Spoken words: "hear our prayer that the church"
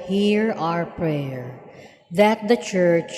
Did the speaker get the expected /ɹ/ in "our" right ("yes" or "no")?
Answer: yes